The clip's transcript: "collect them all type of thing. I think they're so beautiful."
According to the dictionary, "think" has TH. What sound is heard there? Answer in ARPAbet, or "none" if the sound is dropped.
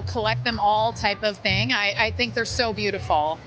TH